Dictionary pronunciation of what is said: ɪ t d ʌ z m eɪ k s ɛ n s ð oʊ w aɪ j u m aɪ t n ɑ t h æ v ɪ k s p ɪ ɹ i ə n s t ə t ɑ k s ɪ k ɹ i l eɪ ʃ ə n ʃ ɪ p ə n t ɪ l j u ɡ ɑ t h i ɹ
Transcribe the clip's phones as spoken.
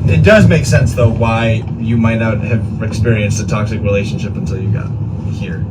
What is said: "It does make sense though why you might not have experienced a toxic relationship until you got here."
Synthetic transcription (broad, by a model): ɪ t d ʌ z m eɪ k s ɛ n s ð oʊ w aɪ j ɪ m aɪ t n ɑ t h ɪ v ɪ k s p ɪ ɹ i ə n s t ə t ɑ k s ɪ k ɹ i l eɪ ʃ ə n ʃ ɪ p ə n t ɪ l j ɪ ɡ ɑ t h i ɹ